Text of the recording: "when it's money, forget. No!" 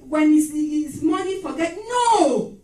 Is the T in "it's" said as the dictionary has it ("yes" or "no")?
no